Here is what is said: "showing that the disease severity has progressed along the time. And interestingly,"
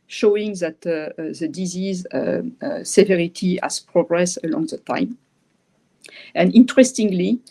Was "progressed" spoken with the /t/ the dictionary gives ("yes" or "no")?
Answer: no